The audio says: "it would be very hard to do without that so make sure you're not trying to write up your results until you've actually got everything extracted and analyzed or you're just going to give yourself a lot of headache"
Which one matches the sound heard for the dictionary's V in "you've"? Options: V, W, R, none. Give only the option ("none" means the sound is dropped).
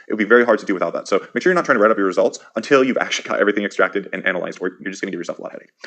V